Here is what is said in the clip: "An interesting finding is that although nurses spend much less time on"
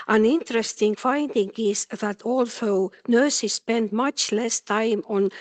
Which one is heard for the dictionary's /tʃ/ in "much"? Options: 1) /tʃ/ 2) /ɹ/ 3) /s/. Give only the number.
1